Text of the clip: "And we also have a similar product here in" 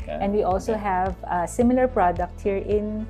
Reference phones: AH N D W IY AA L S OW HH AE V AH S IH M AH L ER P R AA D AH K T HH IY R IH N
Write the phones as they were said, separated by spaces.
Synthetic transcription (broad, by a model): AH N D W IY AA L S OW HH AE V AH S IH M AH L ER P R AA D AH K T HH IY R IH N